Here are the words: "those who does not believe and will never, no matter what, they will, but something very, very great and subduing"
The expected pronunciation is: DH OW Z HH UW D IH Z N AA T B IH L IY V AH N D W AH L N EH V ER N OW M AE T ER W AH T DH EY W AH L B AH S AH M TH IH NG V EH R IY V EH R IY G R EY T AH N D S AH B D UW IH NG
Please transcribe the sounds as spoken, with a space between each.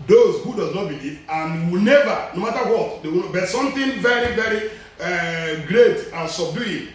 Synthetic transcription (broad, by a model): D OW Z HH UW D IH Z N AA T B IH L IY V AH N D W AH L N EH V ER N OW M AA T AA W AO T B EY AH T S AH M T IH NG V EH R IY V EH R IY G R EY T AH N S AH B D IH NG